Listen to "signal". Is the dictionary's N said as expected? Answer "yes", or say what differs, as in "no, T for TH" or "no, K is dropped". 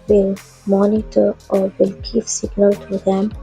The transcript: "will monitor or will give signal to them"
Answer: yes